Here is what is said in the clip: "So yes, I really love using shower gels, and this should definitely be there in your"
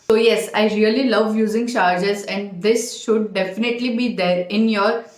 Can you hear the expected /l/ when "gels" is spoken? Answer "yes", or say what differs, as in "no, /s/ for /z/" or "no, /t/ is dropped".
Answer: no, /l/ is dropped